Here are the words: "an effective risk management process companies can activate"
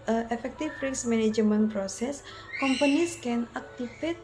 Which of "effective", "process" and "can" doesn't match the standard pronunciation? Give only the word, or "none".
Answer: effective